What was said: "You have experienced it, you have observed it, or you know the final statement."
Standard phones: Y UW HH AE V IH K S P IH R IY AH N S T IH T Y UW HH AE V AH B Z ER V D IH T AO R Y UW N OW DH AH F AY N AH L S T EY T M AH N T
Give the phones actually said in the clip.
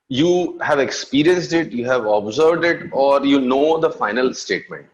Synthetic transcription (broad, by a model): Y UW HH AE V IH K S P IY R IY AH N S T IH T Y UW HH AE V AH B Z ER V D IH T AO R Y UW N OW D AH F AY N AH L S T EY T M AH N T